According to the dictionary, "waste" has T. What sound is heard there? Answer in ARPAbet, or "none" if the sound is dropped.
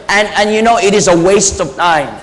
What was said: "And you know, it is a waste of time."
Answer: T